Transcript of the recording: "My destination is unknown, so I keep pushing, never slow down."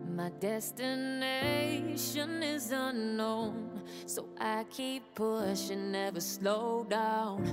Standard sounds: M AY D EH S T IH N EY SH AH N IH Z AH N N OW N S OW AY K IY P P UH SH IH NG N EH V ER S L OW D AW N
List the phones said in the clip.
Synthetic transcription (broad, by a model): M AY D EH S T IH N EY SH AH N IH Z AH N N OW N S OW AY K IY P P UH SH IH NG N EH V ER S L OW D AW N